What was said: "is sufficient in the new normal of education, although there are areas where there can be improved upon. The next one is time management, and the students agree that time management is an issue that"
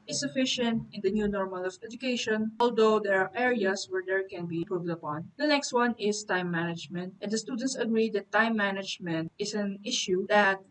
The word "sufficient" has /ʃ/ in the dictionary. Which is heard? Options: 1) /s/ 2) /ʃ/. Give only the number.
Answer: 2